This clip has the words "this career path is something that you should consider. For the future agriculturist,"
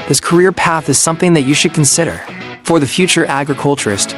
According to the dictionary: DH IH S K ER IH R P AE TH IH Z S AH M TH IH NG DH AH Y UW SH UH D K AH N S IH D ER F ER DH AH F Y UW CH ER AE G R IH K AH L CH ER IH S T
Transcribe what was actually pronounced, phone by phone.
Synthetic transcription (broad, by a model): DH IH S K ER IH R P AE TH IH Z S AH M TH IH NG DH AH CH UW SH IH D K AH N S IH D ER F ER DH AH F Y UW CH ER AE G R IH K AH L CH ER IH S T